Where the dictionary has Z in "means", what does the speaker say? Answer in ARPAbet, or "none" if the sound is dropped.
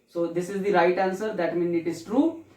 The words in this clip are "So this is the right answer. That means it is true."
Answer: none